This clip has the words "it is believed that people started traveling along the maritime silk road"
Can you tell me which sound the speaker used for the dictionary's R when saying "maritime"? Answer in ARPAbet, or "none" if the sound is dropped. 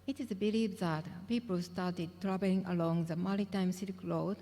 L